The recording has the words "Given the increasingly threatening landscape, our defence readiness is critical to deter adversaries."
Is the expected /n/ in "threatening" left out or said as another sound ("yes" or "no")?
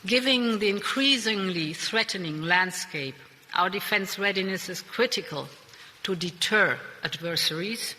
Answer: no